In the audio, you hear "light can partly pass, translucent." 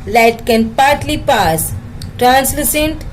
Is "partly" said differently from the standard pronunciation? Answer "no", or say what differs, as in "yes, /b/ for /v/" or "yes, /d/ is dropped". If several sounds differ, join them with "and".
no